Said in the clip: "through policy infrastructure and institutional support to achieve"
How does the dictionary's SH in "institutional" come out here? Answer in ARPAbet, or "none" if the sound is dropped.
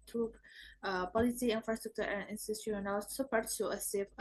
none